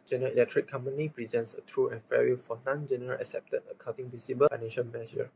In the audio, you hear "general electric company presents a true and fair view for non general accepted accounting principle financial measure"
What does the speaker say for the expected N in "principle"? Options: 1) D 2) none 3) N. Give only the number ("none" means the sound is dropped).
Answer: 2